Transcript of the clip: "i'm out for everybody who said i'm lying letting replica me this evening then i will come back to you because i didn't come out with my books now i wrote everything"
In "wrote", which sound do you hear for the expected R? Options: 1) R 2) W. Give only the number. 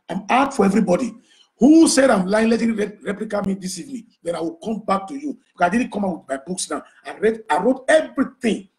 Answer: 1